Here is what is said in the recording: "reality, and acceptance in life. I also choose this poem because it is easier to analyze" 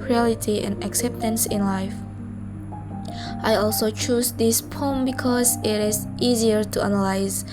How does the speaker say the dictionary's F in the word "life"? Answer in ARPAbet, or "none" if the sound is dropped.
F